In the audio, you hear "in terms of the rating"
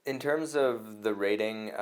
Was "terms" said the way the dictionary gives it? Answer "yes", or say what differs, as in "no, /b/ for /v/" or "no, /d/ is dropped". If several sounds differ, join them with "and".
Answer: yes